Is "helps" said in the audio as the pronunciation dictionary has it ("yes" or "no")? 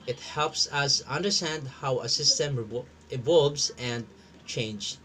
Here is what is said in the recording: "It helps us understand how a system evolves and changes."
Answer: yes